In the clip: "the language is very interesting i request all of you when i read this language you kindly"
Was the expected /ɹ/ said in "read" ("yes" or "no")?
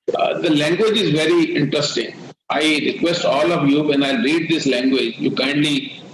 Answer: yes